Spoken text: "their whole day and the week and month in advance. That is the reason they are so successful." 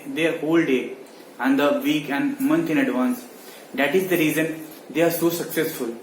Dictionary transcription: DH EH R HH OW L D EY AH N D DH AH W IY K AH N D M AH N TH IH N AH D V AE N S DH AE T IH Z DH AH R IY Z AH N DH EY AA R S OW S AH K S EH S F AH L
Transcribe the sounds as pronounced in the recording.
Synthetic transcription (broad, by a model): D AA R HH OW L D EY AH N D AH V IY K AH N D M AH N T IH N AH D V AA N S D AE T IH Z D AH R IY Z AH N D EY AA R S OW S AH K S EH S F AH L